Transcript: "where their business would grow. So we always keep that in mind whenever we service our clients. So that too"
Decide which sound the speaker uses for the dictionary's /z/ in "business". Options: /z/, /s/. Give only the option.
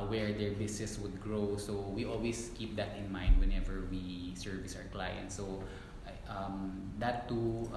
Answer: /s/